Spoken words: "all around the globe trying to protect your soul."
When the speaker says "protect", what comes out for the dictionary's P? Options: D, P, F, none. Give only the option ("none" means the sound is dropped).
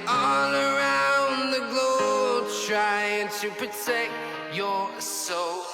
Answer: P